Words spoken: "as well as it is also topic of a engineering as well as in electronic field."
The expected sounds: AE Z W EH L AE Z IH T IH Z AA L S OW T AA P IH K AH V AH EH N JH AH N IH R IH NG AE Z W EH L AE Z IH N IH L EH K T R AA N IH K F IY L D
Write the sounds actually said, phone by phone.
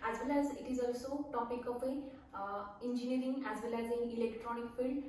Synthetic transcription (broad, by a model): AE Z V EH L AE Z IH T IH Z AA L S OW T AA P IH K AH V AH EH N JH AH N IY R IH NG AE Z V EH L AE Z IH N IH L EH K T R AA N IH K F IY L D